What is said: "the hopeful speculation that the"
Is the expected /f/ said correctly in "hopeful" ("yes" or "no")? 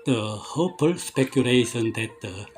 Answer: no